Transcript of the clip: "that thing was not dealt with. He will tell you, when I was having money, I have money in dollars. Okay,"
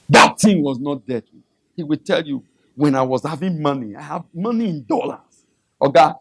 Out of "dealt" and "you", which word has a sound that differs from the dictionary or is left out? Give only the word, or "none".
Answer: dealt